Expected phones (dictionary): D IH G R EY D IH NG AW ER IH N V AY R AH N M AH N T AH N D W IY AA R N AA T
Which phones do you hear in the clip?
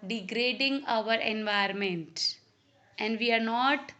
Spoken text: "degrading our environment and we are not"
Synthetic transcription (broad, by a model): D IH G R EY D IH NG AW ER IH N V AY AH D M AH N T AH N D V IY AA R N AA T